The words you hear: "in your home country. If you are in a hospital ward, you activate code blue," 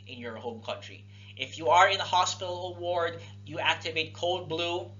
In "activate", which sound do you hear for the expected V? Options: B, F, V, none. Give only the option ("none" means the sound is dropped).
V